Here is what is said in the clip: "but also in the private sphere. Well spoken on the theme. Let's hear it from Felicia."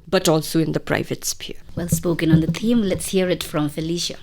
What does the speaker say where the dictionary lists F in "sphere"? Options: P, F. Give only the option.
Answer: P